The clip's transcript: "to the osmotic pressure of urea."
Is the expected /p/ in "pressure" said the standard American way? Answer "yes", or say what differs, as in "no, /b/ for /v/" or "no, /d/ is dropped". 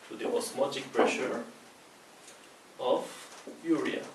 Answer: yes